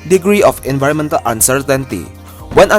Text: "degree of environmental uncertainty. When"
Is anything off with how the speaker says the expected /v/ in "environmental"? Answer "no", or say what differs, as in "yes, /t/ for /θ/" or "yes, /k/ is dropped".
no